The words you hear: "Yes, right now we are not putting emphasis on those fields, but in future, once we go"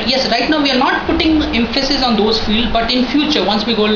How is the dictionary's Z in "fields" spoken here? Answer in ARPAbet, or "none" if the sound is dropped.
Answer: none